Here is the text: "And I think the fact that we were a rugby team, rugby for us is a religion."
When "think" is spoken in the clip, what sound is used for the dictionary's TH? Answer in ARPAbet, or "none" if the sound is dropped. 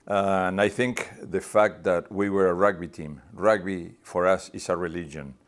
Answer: TH